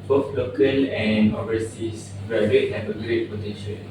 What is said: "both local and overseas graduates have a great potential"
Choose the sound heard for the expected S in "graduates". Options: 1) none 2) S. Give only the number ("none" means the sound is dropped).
1